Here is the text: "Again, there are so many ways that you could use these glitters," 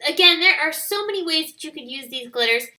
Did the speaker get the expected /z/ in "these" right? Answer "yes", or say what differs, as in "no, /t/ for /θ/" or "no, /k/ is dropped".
yes